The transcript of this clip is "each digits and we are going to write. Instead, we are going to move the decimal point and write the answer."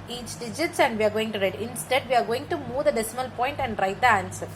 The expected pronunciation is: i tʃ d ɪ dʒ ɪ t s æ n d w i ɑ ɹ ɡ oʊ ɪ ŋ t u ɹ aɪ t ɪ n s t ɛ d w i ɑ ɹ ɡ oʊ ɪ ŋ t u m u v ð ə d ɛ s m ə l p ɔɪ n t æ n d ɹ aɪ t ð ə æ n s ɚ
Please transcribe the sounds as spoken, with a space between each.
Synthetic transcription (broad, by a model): i tʃ d ɪ dʒ ɪ t s æ n d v i ɑ ɹ ɡ oʊ ɪ ŋ t u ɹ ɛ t ɪ n s t ɛ d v i ɑ ɹ ɡ oʊ ɪ ŋ t u m u v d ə d ɛ s m ə l p ɔɪ n t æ n d ɹ aɪ t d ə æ n s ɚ